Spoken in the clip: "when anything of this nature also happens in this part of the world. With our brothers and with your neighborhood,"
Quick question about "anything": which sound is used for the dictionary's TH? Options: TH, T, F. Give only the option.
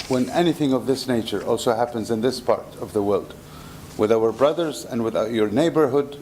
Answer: TH